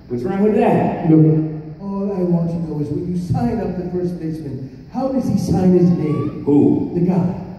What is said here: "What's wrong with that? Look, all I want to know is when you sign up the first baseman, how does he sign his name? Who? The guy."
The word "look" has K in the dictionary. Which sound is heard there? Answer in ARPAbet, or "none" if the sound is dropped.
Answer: none